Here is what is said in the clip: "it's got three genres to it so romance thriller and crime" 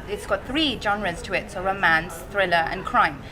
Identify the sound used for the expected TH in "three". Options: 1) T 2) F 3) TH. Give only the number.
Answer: 3